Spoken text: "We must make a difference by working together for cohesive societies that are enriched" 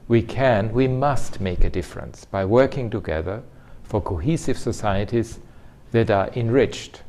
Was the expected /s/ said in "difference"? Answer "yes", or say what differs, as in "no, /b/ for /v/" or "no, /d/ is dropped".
yes